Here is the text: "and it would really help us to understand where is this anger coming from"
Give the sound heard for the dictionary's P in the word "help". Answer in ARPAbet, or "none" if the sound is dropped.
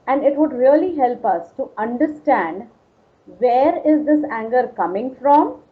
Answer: P